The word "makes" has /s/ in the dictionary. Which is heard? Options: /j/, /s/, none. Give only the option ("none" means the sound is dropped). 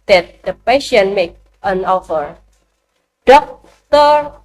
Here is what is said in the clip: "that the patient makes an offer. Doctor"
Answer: none